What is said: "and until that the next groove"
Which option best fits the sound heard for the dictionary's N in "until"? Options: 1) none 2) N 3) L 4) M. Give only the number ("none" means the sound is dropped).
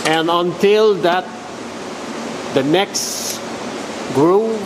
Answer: 2